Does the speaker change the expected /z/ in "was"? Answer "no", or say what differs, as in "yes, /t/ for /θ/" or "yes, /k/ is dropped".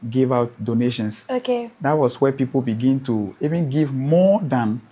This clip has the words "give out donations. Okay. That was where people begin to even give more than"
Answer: yes, /s/ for /z/